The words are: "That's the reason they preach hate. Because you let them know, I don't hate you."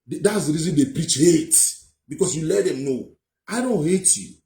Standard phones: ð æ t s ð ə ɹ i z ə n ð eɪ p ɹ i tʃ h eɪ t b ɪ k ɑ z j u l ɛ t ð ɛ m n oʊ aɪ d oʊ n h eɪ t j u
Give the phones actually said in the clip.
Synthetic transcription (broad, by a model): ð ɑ t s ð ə ɹ i z ə n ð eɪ p ɹ i tʃ h eɪ t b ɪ k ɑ s j u l ɛ t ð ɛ m n oʊ aɪ d oʊ n h eɪ t j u